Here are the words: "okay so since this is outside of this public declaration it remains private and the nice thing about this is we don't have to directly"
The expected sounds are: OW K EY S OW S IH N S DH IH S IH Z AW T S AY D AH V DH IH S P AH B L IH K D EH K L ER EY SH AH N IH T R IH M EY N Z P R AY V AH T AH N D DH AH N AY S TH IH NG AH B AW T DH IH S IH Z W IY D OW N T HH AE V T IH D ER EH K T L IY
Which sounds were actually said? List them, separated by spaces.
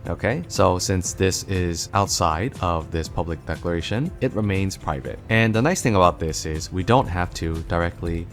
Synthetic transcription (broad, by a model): OW K EY S OW S IH N S DH IH S IH Z AW T S AY D AH V DH IH S P AH B L IH K D EH K L ER EY SH AH N IH T R IH M EY N Z P R AY V AH T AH N DH AH N AY S TH IH NG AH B AW T DH IH S IH Z W IY D OW N T HH AE F T IH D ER EH K T L IY